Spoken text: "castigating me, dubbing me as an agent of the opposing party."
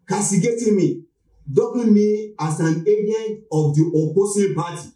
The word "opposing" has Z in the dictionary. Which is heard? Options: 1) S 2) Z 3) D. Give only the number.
1